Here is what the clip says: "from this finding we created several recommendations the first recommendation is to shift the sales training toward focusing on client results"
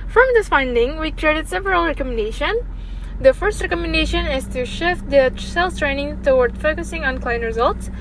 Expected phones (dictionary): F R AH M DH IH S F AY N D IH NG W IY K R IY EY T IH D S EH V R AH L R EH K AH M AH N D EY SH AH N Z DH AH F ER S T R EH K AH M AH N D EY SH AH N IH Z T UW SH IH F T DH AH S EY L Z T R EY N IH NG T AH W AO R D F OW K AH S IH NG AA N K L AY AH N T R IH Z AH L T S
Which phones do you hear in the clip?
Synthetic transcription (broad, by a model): F R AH M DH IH S F AY N D IH NG W IY K R IY EY T IH D S EH V R AH L R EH K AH M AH N D EY SH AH N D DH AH F ER S T R EH K AH M AH N D EY SH AH N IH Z T UW SH IH F T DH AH S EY L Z T R EY N IH NG T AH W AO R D F OW K AH S IH NG AA N K L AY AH N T R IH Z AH L T S